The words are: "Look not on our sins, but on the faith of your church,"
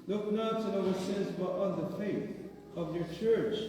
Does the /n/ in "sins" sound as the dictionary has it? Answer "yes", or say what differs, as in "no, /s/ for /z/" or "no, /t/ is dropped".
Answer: no, /n/ is dropped